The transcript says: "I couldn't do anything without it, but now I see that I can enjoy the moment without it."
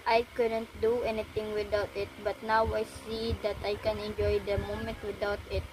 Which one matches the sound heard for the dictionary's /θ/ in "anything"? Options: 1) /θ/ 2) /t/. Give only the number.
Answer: 2